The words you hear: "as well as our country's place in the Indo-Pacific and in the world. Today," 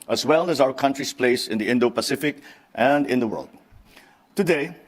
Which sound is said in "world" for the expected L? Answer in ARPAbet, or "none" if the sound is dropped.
L